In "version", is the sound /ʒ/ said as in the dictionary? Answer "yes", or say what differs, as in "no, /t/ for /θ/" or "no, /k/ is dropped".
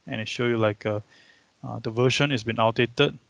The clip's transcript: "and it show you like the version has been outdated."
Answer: no, /ʃ/ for /ʒ/